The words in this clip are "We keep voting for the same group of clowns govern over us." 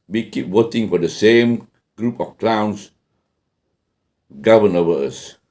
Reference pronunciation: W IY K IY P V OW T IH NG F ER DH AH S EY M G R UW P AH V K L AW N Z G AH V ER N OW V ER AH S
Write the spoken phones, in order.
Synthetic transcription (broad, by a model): W IY K IY P W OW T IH NG F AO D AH S EY M G R UW P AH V K L AW N S G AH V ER N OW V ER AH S